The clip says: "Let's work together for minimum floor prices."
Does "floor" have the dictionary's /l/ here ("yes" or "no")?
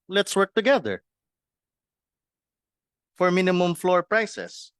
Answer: yes